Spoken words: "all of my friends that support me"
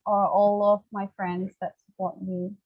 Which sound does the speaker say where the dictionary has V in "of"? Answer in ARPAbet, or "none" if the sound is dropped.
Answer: V